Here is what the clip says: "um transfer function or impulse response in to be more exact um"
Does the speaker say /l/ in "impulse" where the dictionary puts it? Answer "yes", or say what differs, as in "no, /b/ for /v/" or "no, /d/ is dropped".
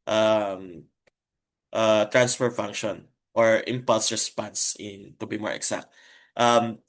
yes